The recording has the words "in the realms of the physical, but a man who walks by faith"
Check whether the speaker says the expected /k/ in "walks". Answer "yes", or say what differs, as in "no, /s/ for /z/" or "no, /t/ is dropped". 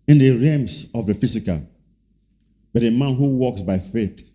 yes